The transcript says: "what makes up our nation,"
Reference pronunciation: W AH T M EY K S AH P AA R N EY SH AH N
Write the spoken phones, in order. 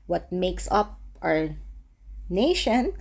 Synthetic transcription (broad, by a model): W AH T M EY K S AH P AA R N EY SH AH N